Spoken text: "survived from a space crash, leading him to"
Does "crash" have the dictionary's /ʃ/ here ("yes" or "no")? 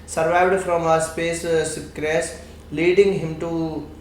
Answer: no